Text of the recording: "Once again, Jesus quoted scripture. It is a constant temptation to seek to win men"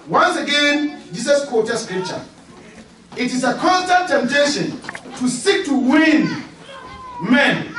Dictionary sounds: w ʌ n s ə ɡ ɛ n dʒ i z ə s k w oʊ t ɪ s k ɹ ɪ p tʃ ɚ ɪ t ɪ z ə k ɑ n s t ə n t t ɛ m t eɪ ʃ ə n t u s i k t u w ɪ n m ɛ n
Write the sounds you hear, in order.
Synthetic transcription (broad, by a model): w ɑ n s ə ɡ ɛ n dʒ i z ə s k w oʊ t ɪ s k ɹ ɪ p tʃ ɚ ɪ t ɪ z ə k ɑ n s t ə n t t ɛ m t eɪ ʃ ə n t u s i k t u w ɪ n m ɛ n